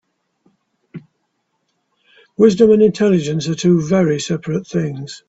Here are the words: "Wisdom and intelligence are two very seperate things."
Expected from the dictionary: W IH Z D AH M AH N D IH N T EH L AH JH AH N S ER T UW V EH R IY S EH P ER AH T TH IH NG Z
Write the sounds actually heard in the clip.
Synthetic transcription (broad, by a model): W IH Z D AH M AH N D IH N T EH L AH JH AH N S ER T UW V EH R IY S EH P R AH T TH IH NG Z